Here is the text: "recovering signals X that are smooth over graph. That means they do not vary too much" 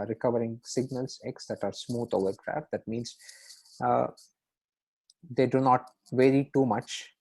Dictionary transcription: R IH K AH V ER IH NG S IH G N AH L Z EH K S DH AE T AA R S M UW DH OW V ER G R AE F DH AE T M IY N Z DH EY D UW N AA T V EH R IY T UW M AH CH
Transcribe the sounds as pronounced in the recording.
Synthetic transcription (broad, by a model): R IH K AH V ER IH NG S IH G N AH L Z EH K S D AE T AA R S M UW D OW V ER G R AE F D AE T M IY N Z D EY D UW N AA T V EH R IY T UW M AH CH